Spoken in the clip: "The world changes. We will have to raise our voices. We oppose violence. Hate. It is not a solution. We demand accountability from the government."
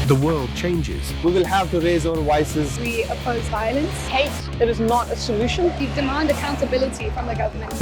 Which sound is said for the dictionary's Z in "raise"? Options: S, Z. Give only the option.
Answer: Z